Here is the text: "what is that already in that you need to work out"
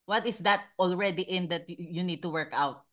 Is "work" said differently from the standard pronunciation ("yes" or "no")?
no